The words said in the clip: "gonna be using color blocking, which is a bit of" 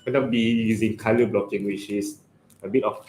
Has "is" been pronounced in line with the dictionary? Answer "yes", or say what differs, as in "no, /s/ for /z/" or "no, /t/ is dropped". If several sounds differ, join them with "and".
no, /s/ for /z/